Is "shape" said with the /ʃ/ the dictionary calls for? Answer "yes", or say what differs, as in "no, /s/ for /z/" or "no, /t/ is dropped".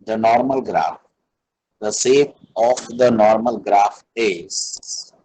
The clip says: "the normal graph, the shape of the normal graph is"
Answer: no, /s/ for /ʃ/